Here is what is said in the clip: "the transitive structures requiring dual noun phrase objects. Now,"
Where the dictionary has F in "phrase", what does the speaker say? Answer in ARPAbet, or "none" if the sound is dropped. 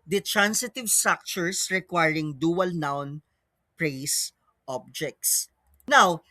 P